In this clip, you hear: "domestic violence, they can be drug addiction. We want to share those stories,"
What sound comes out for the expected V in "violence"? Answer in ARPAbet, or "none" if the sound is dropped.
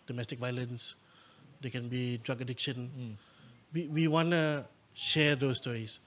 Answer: V